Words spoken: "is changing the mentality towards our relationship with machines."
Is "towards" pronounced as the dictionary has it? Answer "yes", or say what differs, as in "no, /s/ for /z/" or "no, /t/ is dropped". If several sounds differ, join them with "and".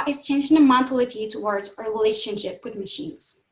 yes